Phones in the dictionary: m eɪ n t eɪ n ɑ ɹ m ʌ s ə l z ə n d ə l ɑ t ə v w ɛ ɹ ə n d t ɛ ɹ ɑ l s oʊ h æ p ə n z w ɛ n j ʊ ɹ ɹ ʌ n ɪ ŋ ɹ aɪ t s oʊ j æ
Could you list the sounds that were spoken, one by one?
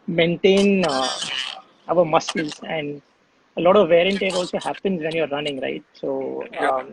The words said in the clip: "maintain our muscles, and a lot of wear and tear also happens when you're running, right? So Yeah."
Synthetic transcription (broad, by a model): m eɪ n t eɪ n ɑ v m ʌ s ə l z ə n d ə l ɑ t ə v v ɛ ɹ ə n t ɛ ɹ ɑ l s oʊ h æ p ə n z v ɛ n j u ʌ ɹ ʌ n ɪ ŋ ɹ aɪ t s oʊ